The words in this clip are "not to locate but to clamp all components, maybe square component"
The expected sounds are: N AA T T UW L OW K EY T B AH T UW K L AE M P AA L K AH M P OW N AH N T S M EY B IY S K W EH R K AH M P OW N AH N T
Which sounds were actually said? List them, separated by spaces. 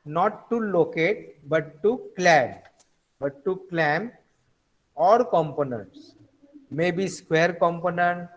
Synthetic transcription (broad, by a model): N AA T T UW L OW K EY T B AH T UW K L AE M B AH L K AH M P OW N AH N T S M EY B IY S K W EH R K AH M P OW N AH N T